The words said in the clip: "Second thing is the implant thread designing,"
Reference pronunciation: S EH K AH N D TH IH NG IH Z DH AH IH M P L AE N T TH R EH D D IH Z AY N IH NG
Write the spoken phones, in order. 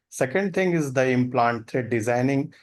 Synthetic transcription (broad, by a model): S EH K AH N D T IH NG IH Z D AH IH M P L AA N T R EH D D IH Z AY N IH NG